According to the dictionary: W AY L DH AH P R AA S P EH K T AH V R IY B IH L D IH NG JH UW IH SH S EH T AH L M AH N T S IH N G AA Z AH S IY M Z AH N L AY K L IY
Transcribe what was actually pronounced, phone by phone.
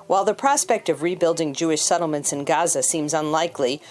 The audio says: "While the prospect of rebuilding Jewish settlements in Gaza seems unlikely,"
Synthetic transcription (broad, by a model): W AY L DH AH P R AA S P EH K T AH V R IY B IH L D IH NG JH UW IH SH S EH T L M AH N T S IH N G AA Z AH S IY M Z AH N L AY K L IY